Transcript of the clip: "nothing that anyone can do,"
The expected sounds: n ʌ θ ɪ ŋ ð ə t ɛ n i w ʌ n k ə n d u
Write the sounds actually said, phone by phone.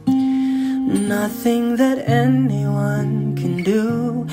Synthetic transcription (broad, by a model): n ʌ θ ɪ ŋ ð ə t ɛ n i w ʌ n k ə n d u